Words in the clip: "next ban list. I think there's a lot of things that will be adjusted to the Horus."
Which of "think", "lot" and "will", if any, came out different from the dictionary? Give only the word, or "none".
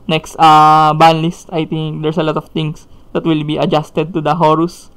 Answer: think